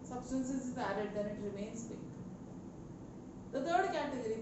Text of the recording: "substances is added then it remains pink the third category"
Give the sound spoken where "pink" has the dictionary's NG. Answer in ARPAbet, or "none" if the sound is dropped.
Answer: none